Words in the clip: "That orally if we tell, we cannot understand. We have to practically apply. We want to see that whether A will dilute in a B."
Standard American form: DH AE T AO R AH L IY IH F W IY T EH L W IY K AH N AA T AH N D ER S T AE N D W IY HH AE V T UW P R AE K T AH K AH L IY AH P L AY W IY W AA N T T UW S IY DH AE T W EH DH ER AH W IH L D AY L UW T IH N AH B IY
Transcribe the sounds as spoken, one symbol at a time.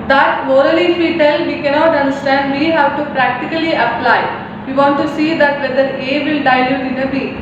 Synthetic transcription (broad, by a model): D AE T AO R AH L IY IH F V IY T EH L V IY K AH N AA T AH N D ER S T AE N D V IY HH AE V T UW P R AE K T AH K AH L IY AH P L AY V IY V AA N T T UW S IY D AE T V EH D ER AH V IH L D AY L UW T IH N AH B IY